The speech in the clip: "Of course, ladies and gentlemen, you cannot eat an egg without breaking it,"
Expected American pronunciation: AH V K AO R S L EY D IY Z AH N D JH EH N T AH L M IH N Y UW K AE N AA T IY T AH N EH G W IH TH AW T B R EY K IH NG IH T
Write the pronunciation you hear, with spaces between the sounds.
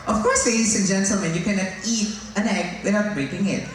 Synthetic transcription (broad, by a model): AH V K AO R S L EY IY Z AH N JH EH N T L M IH N Y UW K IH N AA IY T AH N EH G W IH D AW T B R EY K IH NG IH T